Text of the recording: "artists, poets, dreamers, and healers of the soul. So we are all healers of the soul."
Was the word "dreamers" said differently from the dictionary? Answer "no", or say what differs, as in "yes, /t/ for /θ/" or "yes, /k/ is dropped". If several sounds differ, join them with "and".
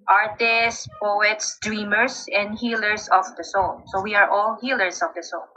yes, /s/ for /z/